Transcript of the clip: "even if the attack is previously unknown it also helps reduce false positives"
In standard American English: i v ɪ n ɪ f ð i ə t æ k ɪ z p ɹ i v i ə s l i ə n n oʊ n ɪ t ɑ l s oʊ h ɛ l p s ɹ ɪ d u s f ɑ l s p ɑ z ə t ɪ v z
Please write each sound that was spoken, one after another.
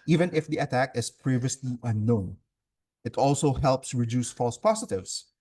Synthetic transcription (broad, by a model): i v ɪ n ɪ f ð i ə t æ k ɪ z p ɹ i v i ə s l i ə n n oʊ n ɪ t ɑ l s oʊ h ɛ l p s ɹ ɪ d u s f ɑ l s p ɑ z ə t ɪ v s